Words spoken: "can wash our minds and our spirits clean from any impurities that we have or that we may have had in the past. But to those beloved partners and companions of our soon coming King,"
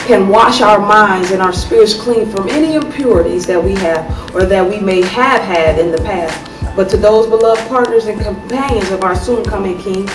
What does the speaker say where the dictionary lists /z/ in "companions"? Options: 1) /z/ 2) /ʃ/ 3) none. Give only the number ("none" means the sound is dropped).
1